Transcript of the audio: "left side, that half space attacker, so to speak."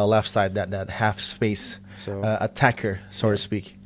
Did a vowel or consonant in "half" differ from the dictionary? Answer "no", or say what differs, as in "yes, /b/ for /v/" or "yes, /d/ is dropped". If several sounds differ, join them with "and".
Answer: no